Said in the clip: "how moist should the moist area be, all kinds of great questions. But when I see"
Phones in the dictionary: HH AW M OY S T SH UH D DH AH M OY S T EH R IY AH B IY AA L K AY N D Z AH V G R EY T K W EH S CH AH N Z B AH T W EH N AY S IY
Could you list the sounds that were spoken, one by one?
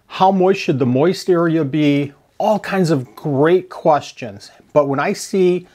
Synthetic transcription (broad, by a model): HH AW M OY SH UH D DH AH M OY S T EH R IY AH B IY AA L K AY N D Z AH V G R EY T K W EH S CH AH N Z B AH T W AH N AY S IY